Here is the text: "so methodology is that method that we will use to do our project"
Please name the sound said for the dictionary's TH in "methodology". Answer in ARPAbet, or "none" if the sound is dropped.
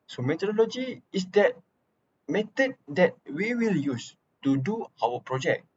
T